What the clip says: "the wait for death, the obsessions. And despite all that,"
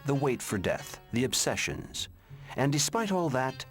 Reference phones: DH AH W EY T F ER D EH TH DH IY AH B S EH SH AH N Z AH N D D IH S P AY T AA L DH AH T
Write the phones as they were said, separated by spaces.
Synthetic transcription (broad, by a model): DH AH W EY T F ER D EH TH DH IY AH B S EH SH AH N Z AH N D D IH S P AY T AA L DH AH T